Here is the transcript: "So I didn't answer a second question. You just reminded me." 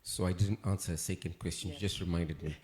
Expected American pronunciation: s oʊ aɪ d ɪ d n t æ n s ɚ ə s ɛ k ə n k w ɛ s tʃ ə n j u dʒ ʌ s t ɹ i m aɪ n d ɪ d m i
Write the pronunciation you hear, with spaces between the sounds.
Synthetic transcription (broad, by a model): s oʊ aɪ d ɪ d n t æ n s ɚ ə s ɛ k ə n k w ɛ s tʃ ə n dʒ ʌ s t ɹ i m aɪ n d ɪ d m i